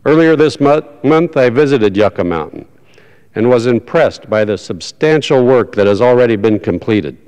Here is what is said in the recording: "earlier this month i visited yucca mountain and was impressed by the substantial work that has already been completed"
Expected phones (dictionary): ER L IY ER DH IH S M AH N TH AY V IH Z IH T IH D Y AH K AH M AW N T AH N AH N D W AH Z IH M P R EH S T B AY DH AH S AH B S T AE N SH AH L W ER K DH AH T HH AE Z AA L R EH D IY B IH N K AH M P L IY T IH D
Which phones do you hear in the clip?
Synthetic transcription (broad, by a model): ER L IY ER DH IH S M AH N TH AY V IH Z IH T IH D Y AH K AH M AW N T N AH N W AH Z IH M P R EH S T B AY DH AH S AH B S T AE N SH L W ER K DH AH T HH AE Z L R EH D IY B IH N K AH M P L IY T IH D